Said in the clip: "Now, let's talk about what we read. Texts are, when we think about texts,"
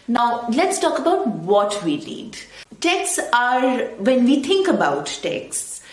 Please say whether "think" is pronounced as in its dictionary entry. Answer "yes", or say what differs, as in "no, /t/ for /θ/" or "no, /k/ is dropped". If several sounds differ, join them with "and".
no, /t/ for /θ/